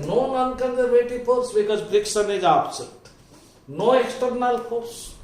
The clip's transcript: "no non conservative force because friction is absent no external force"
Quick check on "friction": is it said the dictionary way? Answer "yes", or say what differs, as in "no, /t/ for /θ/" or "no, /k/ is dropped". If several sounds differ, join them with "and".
no, /s/ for /ʃ/